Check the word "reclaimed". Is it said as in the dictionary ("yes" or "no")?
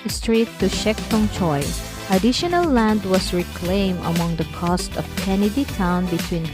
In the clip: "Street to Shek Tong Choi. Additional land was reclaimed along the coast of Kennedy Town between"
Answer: no